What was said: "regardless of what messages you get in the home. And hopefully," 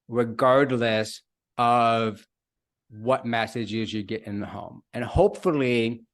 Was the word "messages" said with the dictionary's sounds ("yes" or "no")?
yes